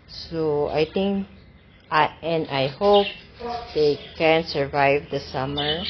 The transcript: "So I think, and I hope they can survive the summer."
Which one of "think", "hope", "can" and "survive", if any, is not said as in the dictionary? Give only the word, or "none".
think